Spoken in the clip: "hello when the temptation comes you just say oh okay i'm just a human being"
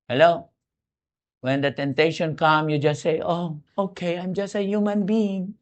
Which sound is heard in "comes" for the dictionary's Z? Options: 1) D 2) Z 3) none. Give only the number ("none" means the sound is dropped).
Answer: 3